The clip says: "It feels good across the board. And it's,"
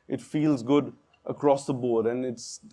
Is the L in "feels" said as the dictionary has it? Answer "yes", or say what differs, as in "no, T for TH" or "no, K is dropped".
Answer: yes